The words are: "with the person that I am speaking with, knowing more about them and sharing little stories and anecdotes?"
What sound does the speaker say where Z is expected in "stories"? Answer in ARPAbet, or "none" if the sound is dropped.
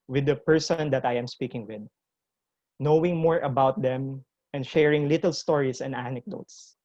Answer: S